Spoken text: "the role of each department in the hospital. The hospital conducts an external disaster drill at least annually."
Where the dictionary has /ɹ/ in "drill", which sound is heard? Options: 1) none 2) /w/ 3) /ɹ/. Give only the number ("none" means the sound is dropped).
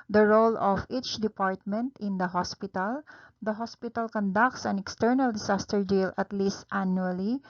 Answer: 1